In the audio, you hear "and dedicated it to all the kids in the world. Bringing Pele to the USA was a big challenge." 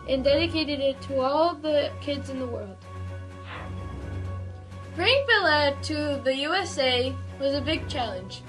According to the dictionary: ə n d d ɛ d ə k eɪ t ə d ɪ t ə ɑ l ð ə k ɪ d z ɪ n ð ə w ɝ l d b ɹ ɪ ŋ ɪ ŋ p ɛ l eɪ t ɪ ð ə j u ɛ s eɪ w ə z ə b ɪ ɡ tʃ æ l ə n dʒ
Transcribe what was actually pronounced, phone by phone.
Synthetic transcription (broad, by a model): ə n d d ɛ d ə k eɪ t ə d ɪ t ə ɑ l ð ə k ɪ d z ɪ n ð ə w ɝ l d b ɹ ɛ ɪ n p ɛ l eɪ t ɪ ð ə j u ɛ s eɪ w ə z ə b ɪ ɡ tʃ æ l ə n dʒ